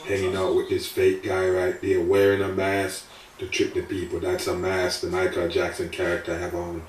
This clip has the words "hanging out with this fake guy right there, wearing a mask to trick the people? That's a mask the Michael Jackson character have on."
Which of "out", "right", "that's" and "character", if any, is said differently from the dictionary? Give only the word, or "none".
none